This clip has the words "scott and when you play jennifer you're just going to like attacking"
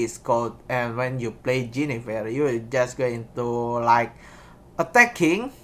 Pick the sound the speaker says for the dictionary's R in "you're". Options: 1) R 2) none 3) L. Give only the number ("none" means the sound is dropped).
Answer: 3